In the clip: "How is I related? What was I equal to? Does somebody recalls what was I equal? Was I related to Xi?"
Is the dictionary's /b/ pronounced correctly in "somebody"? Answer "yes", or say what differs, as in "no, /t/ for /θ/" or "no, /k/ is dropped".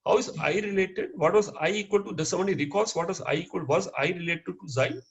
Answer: no, /b/ is dropped